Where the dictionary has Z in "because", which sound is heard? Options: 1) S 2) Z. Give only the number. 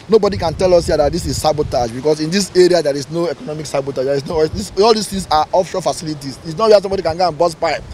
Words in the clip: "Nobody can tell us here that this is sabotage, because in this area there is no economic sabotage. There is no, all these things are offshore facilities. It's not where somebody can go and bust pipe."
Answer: 1